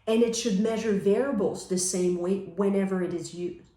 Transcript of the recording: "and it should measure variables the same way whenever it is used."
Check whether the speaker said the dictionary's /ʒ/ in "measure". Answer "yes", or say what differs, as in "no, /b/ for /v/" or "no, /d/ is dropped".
yes